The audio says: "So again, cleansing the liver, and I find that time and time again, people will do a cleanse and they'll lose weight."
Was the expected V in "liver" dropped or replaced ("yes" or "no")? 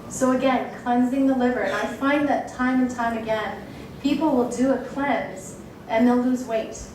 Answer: no